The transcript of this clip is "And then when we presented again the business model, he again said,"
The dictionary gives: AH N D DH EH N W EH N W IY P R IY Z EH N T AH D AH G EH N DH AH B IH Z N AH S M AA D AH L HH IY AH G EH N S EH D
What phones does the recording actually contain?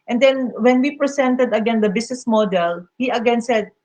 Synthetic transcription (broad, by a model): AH N D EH N W EH N W IY P R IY S EH N T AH D AH G EH N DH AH B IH S N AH S M AA D AH L HH IY AH G EH N S EH D